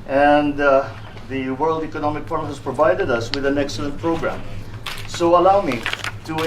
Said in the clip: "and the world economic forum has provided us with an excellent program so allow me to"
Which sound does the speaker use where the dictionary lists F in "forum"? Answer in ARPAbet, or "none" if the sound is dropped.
P